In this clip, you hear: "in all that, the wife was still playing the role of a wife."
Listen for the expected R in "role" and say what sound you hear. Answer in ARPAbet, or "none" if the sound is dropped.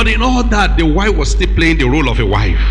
R